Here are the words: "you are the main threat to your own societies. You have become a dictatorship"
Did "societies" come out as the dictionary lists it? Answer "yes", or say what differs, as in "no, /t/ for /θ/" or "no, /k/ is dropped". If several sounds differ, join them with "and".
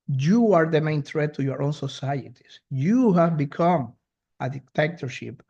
no, /s/ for /z/